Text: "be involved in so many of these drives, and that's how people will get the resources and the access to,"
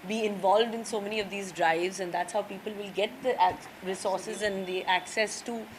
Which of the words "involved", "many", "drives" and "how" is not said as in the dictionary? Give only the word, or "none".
none